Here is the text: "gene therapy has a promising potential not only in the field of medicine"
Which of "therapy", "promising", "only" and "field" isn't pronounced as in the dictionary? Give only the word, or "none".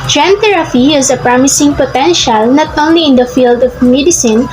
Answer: therapy